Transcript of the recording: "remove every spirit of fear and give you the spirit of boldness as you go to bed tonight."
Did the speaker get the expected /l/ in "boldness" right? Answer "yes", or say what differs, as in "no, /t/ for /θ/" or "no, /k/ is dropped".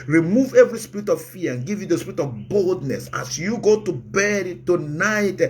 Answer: yes